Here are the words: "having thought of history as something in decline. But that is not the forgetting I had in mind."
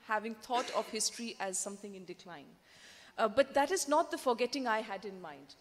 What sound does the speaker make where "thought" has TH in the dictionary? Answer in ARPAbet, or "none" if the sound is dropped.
T